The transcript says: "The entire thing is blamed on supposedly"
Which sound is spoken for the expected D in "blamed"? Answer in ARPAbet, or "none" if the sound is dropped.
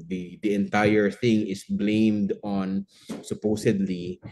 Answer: D